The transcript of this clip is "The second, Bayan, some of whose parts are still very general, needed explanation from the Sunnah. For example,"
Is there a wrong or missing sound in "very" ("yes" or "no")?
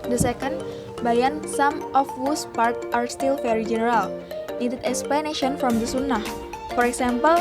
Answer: yes